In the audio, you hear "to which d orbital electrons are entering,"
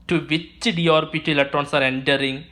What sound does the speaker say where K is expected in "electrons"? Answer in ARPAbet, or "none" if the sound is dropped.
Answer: none